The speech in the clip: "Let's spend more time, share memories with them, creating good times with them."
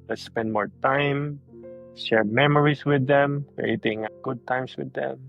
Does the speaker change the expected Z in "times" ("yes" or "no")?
yes